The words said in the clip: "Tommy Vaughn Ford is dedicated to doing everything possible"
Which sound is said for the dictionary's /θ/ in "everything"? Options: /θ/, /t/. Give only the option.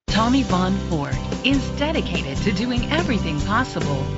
/θ/